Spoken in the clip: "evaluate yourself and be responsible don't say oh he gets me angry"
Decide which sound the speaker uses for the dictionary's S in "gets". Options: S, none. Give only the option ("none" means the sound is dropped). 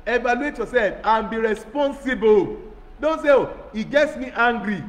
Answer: S